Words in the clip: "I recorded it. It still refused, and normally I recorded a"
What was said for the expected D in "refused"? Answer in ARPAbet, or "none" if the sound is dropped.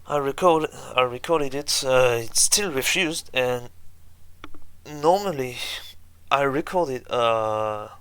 D